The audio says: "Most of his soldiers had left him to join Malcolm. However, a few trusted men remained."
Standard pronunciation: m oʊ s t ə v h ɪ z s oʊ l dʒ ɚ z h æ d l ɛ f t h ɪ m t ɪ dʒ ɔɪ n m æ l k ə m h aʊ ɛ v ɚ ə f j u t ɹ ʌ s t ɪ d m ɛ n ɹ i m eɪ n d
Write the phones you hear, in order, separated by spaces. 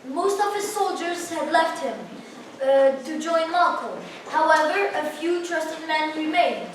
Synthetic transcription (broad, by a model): m oʊ s t ə v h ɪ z s oʊ l dʒ ɚ z h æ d l ɛ f t h ɪ m t ɪ dʒ ɔɪ n m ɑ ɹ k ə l h aʊ ɛ v ɚ ə f j u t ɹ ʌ s t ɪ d m ɛ n ɹ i m eɪ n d